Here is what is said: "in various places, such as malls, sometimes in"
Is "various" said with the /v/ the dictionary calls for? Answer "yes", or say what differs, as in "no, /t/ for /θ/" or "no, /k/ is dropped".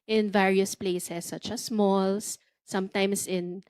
yes